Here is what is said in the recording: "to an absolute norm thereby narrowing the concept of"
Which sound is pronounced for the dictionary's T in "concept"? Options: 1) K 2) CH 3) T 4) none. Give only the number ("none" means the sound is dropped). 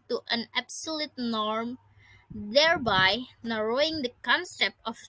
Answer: 4